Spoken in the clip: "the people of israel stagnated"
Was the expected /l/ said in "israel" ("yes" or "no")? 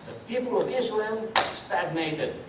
no